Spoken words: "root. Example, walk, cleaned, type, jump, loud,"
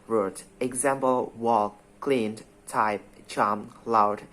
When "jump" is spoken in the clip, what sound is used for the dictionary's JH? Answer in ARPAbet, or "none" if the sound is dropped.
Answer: CH